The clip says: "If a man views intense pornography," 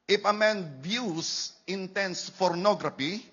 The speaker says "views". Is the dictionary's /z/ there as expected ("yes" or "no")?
no